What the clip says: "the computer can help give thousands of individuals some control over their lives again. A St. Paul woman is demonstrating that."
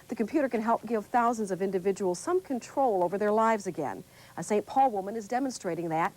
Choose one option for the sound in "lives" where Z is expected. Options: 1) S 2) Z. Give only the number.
2